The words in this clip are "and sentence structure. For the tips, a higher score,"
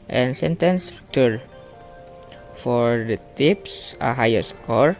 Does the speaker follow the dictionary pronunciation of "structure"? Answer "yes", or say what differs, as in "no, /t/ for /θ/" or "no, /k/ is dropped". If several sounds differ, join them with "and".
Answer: no, /ɹ/ is dropped